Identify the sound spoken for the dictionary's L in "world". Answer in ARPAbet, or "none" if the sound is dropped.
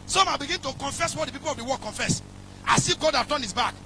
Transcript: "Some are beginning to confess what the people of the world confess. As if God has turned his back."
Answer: none